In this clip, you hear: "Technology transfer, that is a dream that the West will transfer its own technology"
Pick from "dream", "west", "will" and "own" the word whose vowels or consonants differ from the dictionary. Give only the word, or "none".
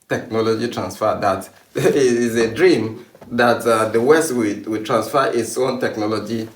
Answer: will